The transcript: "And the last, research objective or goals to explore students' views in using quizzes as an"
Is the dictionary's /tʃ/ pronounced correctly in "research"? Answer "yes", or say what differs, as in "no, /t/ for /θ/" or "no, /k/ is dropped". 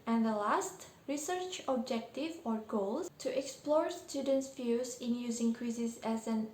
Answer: yes